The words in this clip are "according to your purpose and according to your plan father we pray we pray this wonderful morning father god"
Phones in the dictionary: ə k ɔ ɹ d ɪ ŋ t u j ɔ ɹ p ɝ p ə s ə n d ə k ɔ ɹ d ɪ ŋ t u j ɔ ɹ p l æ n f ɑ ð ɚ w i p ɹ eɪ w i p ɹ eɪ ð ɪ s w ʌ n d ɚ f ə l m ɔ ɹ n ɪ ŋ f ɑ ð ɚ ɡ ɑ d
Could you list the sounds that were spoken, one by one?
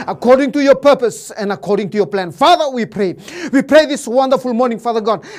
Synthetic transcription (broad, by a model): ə k ɔ ɹ d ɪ ŋ t u j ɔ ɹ p ɝ p ə s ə n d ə k ɔ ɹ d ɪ ŋ t u j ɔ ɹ p l æ n f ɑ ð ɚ w i p ɹ eɪ w i p ɹ eɪ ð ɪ s w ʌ n d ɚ f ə l m ɔ ɹ n ɪ ŋ f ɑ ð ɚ ɡ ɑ d